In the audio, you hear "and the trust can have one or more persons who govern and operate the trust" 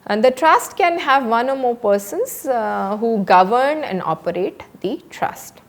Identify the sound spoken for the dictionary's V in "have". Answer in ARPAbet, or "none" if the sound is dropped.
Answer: V